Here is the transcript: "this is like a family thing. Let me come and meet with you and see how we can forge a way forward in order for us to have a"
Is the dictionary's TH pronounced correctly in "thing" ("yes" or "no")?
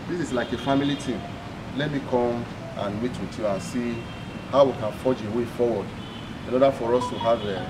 no